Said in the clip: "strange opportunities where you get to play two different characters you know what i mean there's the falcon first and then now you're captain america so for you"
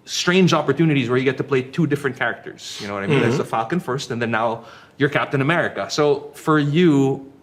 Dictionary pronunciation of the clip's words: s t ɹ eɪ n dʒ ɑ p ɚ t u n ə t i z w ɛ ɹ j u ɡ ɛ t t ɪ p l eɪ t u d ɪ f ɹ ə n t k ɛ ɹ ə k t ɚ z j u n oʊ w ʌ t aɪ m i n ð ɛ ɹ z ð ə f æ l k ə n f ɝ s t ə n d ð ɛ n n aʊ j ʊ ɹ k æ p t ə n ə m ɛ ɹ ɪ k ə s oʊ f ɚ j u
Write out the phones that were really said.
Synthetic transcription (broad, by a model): s t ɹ eɪ n dʒ ɑ p ɚ t u n ə t i z w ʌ ɹ j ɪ ɡ ɛ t t ɪ p l eɪ t u d ɪ f ɹ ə n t k ɛ ɹ ə k t ɚ z j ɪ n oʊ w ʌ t aɪ m i n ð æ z ð ə f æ l k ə n f ɝ s t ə n ð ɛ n n aʊ j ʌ ɹ k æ p t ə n ə m ɛ ɹ ɪ k ə s oʊ f ɚ j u